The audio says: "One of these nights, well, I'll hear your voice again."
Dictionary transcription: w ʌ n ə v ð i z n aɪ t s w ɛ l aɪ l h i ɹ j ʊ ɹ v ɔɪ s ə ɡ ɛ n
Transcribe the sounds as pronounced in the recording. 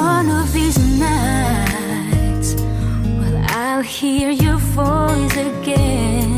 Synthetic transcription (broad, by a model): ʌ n ə v ð i z n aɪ t s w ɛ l aɪ l h i ɹ j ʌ ɹ f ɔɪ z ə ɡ ɛ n